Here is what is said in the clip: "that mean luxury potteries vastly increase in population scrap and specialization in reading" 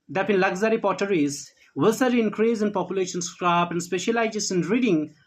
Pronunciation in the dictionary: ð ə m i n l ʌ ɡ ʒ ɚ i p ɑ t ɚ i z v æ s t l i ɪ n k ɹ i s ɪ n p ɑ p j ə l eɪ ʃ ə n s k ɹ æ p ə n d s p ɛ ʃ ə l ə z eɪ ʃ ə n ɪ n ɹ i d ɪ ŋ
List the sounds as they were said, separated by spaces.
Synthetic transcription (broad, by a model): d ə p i n l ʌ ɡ z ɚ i p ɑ t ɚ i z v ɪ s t i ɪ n k ɹ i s ɪ n p ɑ p j ə l eɪ ʃ ə n s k ɹ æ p ə n d s p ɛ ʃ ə l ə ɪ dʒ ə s ɪ n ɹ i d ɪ ŋ